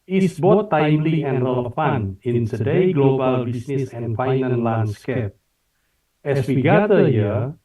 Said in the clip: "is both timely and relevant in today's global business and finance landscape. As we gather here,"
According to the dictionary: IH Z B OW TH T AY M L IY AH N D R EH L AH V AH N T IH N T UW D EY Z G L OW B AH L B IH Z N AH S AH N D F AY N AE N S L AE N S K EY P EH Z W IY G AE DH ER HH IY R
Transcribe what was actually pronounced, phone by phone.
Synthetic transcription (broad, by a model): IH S B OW T AY M L IY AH N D R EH L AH F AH N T IH N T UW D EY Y G L OW B AH L B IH S N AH S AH N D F AY N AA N L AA N S K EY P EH S W IY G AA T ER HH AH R